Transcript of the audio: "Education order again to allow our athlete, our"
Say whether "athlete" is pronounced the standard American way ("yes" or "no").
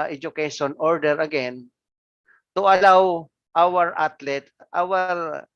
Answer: no